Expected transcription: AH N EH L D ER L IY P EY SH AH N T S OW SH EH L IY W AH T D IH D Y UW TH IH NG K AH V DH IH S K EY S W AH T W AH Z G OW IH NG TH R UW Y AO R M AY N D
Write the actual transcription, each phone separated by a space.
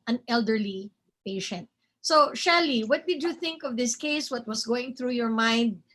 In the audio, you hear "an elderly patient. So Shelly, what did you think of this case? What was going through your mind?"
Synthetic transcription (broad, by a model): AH N EH L D ER L IY P EY SH AH N T S OW SH EH L IY W AH T D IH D Y UW TH IH NG K AH V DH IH S K EY S W AH T W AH S G OW IH NG TH R UW Y AO R M AY N D